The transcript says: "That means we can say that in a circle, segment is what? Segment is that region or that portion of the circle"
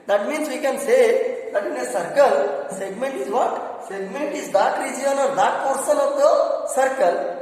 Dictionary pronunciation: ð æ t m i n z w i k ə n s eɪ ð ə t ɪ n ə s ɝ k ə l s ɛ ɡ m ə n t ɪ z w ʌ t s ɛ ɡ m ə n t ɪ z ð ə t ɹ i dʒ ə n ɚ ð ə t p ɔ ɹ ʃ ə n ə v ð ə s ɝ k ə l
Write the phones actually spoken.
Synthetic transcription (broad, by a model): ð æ t m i n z w i k ə n s eɪ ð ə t ɪ n ə s ɝ k ə l s ɛ ɡ m ə n t ɪ z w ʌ t s ɛ ɡ m ə n t ɪ z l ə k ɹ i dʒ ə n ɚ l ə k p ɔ ɹ s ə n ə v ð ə s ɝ k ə l